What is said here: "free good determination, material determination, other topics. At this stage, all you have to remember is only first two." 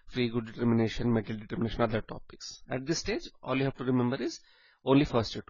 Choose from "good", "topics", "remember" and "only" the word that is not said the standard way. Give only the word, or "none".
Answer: none